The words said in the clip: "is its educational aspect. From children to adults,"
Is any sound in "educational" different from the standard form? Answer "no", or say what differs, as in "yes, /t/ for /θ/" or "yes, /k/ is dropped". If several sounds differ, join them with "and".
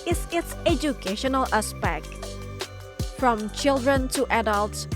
no